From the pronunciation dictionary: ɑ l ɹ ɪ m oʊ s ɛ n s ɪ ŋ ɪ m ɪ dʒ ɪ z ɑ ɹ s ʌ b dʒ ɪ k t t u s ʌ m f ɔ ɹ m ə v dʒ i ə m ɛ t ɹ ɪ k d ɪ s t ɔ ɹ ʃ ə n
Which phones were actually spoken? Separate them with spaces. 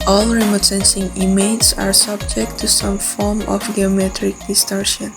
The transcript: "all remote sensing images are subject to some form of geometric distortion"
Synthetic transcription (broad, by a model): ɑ l ɹ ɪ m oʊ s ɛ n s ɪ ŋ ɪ m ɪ ɪ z ɑ ɹ s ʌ b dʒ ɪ k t t u s ʌ m f ɔ ɹ m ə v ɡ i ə m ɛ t ɹ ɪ k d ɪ s t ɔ ɹ ʃ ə n